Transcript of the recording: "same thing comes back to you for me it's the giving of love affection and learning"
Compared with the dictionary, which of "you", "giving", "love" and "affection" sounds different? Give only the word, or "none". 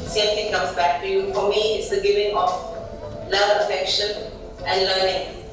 love